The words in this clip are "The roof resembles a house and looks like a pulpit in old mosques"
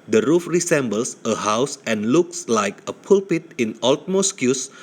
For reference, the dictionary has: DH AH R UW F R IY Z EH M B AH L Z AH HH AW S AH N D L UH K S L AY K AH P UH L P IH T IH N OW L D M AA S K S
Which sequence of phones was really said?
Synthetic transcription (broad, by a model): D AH R UW F R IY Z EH M B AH L S AH HH AW S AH N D L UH K S L AY K AH P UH L P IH T IH N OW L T M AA S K S